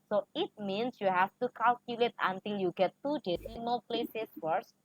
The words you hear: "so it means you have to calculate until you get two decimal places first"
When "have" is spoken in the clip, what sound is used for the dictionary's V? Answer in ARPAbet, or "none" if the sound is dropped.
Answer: F